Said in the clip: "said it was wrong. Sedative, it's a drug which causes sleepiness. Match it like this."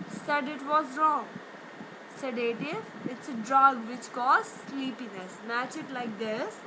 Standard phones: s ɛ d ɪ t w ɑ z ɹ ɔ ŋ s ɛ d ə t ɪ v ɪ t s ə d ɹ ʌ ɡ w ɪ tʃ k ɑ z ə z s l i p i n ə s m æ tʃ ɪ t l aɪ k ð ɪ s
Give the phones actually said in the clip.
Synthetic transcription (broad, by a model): s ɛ d ɪ t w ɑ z ɹ ɔ ŋ s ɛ d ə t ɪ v ɪ t s ə d ɹ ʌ ɡ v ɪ tʃ k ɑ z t s l i p i n ə s m æ tʃ ɪ t l aɪ k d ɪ s